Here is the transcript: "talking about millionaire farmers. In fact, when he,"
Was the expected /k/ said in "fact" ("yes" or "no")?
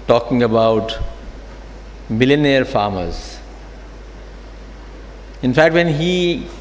yes